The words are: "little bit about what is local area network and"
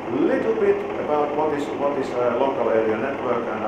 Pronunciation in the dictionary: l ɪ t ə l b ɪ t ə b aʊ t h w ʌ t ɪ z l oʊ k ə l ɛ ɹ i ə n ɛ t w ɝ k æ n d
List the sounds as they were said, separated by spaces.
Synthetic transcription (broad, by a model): l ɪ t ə l b ɪ t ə b aʊ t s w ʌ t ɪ s l oʊ k ə l ɛ ɹ i ə n ɛ t w ɝ k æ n